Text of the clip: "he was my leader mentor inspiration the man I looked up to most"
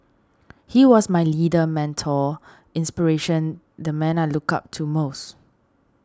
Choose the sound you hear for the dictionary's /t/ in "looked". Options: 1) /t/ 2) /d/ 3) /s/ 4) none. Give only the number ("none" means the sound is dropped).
4